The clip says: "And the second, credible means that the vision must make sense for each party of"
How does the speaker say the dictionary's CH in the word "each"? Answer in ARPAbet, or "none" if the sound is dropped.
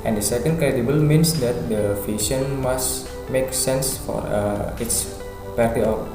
S